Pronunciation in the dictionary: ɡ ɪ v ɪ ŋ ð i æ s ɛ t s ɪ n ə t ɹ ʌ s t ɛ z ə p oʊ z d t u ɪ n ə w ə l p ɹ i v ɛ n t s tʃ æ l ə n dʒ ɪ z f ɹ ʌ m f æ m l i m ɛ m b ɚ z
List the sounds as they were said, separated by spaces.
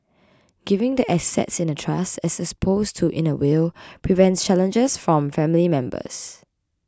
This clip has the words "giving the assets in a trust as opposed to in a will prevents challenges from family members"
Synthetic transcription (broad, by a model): ɡ ɪ v ɪ ŋ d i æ s ɛ t s ɪ n ə t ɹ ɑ s t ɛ s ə p oʊ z t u ɪ n ə w ə l p ɹ i v ɛ n t s tʃ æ l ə n dʒ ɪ s f ɹ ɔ m f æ m l i m ɛ m b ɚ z